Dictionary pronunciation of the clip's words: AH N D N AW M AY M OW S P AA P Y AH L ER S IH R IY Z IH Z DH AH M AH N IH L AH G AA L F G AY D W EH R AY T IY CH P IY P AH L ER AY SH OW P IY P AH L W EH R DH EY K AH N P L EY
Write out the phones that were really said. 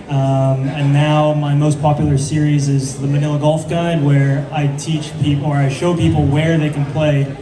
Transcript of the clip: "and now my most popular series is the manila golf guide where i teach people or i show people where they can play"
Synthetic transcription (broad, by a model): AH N N AW M AY M OW S P AA P Y L ER S IH R IY Z IH Z DH AH M AH N IH L AH G AA L F G AY D W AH R AY T IY CH P IY P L ER AY SH OW P IY P L W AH R DH EY K AH N P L EY